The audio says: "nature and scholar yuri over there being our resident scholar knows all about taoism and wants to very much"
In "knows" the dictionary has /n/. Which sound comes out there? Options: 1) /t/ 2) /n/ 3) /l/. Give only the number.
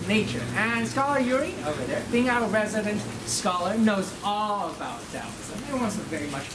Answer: 2